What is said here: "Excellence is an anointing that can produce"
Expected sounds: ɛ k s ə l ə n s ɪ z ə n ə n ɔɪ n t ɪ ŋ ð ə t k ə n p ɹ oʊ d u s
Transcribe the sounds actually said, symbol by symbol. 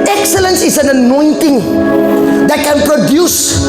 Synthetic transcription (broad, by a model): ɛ k s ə l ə n s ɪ s ə n ə n ɔɪ n t ɪ ŋ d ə t k ə n p ɹ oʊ d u s